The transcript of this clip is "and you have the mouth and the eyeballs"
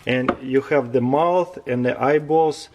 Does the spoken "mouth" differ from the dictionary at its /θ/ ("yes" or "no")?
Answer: no